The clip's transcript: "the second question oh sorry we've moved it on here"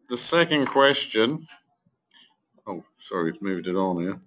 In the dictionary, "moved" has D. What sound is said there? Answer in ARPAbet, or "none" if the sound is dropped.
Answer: D